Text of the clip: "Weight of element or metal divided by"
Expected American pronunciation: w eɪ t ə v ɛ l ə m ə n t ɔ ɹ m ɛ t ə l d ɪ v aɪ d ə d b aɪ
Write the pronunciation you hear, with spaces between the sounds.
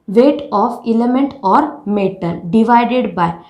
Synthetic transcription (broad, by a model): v eɪ t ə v ɛ l ə m ə n t ɔ ɹ m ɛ t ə n d ɪ v aɪ d ə d b aɪ